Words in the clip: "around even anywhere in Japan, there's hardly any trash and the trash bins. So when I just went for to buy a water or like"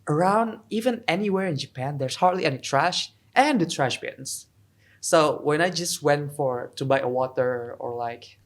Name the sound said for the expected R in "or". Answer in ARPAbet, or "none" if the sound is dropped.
R